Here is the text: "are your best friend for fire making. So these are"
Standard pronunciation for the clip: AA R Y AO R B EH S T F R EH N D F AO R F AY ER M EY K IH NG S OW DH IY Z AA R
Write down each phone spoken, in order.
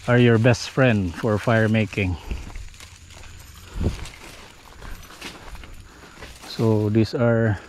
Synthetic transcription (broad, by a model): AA R Y AO R B EH S T F R EH N D F AO R F AY ER M EY K IH NG S OW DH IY S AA R